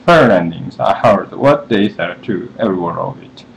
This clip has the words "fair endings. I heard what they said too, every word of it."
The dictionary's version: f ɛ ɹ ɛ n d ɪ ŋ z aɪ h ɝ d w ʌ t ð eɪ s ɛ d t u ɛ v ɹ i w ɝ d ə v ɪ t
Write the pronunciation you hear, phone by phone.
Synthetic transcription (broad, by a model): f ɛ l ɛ n d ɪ ŋ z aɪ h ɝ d w ʌ t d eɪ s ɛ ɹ t u ɛ v ɹ i w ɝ ə v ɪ t